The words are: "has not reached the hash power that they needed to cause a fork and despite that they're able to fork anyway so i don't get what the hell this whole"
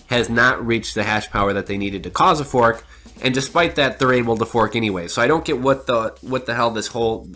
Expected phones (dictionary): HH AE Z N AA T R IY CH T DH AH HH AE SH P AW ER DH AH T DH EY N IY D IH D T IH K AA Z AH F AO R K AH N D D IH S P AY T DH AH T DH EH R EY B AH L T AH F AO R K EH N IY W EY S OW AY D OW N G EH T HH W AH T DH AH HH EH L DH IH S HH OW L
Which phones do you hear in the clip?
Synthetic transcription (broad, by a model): HH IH Z N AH T R IY CH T DH AH HH AE SH P AW ER DH AH T DH EY N IY D IH D T IH K AA Z AH F AO R K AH N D D IH S P AY T DH AH T DH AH R EY B L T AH F AO R K EH N IY W EY S OW AY D OW N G EH T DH W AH T DH AH HH EH L DH IH S HH OW L